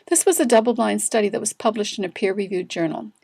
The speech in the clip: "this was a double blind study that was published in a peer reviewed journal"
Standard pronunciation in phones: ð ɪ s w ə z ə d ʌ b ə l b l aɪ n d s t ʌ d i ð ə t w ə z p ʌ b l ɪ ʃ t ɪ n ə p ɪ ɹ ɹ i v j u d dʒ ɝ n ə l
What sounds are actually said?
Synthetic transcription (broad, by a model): ð ɪ s w ə z ə d ʌ b l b l aɪ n s t ʌ d i ð ə t w ə z p ʌ b l ɪ ʃ t ɪ n ə p ɪ ɹ ɹ i v j u d dʒ ɝ n l